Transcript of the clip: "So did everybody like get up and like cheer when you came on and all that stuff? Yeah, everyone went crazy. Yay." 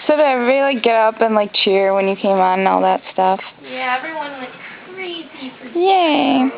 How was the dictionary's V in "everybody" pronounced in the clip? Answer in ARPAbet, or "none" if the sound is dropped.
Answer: none